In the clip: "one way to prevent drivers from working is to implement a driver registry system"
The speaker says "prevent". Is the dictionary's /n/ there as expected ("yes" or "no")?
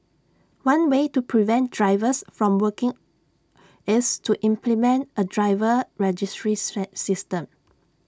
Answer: yes